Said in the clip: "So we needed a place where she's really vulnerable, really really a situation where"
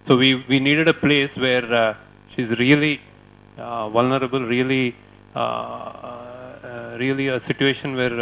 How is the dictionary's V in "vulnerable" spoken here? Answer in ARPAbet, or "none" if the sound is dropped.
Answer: V